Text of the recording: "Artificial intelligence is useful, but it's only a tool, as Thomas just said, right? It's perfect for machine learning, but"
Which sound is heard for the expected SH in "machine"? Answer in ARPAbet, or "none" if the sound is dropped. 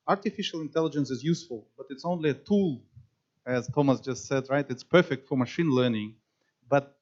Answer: SH